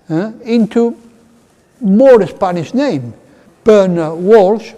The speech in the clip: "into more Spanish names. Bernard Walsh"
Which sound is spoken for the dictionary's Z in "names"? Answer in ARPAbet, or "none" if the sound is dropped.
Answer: none